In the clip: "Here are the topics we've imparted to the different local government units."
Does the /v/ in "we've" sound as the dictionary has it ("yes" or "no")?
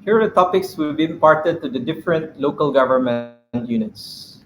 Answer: no